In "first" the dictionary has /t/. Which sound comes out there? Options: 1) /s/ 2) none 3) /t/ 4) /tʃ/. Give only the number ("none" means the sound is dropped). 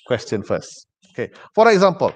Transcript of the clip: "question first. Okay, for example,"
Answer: 2